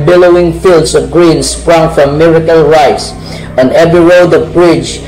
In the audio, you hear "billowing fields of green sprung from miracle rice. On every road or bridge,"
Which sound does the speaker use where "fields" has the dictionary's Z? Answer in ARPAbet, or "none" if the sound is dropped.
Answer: S